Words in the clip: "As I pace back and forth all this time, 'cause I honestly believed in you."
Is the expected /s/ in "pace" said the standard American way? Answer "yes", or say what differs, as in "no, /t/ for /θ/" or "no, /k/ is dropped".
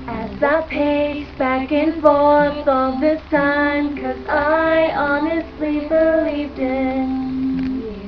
no, /s/ is dropped